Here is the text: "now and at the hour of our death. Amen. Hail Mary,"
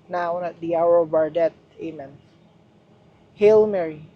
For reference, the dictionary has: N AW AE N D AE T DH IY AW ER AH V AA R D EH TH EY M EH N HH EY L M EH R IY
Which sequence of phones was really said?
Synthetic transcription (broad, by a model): N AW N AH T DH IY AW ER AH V AA R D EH T EY M EH N HH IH L M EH R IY